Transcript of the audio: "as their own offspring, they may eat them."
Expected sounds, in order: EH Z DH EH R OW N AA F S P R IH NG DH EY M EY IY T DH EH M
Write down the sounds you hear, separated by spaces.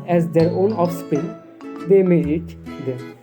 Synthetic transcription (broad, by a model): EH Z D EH R OW N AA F S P IH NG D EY M EY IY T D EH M